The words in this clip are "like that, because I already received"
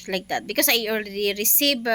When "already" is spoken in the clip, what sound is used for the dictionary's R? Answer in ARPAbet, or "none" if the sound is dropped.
L